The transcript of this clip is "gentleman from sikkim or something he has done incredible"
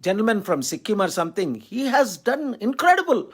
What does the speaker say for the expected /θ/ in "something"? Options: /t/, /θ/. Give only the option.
/t/